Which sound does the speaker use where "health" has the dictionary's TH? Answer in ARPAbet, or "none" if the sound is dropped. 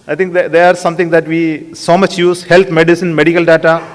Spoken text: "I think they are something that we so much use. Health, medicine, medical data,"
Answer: T